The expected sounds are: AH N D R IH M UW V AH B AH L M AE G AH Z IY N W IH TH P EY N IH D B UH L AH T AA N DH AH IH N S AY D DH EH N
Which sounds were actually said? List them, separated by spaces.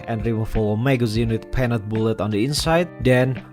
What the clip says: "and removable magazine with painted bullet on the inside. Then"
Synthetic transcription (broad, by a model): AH N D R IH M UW F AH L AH M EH G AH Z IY N W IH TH P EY N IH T B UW L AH T AA N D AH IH N S AY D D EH N